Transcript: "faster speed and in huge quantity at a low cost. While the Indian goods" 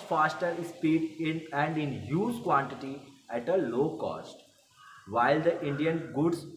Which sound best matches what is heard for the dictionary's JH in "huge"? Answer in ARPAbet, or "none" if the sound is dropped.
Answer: Z